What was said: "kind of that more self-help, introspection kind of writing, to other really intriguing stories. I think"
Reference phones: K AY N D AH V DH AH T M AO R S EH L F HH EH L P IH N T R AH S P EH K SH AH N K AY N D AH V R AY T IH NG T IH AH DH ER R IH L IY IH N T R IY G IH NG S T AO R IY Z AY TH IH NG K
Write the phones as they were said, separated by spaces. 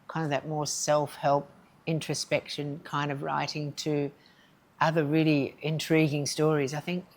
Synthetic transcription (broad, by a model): K AY N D AH V DH AH T M AO R S EH L F HH EH L P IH N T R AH S P EH K SH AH N K AY N D AH V R AY T IH NG T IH AH DH ER R IH L IY IH N T R IY G IH NG S T AO R IY Z AY TH IH NG K